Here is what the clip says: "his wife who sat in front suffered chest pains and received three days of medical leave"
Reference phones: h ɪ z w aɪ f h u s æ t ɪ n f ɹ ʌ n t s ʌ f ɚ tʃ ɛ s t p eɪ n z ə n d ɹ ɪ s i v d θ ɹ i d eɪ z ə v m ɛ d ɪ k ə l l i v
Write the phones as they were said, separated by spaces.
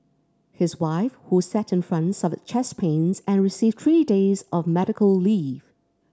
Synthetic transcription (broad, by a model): h ɪ z w aɪ f h u s æ t ɪ n f ɹ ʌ n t s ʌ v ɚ tʃ ɛ s p eɪ n z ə n ɹ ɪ s i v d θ ɹ i d eɪ z ə v m ɛ d ɪ k ə l l i v